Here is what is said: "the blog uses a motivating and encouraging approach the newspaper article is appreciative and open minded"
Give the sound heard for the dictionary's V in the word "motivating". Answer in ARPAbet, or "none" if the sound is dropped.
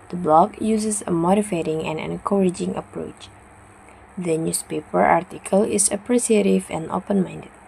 F